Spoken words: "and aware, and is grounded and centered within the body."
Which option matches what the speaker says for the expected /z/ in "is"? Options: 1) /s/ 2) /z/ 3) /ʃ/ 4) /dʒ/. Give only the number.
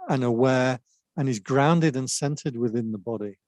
2